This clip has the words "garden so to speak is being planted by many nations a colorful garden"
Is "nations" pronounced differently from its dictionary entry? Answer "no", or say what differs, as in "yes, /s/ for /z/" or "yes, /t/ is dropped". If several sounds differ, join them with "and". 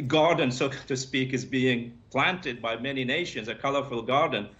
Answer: no